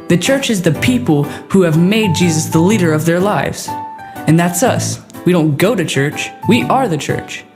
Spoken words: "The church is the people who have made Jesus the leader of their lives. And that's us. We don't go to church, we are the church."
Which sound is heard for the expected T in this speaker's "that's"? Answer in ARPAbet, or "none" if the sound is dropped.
T